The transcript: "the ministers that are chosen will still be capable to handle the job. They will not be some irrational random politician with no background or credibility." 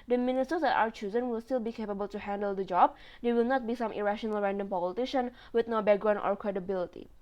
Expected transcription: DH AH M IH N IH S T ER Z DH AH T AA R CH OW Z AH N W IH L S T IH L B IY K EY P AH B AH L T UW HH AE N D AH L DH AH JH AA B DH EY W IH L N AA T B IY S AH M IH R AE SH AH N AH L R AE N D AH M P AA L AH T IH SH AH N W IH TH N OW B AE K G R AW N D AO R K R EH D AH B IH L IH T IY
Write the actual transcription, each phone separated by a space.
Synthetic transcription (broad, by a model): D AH M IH N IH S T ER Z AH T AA W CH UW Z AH N W IH L S T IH L B IY K EY P AH B AH L T UW HH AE N D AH L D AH JH AA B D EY W IH L N AA T B IY S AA M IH R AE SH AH N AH L R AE N D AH M P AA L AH T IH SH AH N W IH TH N OW B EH G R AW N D AO R K R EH D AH B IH L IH T IY